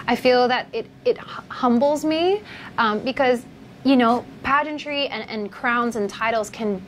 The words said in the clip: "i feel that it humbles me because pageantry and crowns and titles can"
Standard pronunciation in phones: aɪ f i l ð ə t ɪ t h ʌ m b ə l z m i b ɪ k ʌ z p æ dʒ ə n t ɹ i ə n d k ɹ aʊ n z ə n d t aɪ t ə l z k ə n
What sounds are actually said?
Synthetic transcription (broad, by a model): aɪ f i l ð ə t ɪ t h ʌ m b l z m i b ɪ k ʌ z p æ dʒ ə n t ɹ i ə n k ɹ aʊ n z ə n t aɪ t l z k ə n